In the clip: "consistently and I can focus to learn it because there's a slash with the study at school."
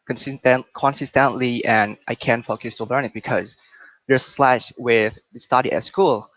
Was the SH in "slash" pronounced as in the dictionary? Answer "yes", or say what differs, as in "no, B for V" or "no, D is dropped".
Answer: yes